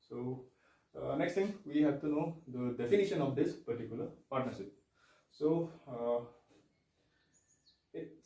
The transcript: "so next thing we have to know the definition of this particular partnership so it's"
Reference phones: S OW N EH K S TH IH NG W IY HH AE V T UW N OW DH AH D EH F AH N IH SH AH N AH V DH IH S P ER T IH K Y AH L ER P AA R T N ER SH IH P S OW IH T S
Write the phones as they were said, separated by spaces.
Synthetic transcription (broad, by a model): S OW N EH K S T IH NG W IY HH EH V T UW N OW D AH D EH F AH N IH SH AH N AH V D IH S P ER T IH K Y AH L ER P AA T N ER SH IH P S OW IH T